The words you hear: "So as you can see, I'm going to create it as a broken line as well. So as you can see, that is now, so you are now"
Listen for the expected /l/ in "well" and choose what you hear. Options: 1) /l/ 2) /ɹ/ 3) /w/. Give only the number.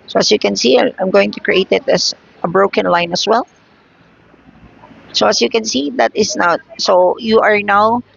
1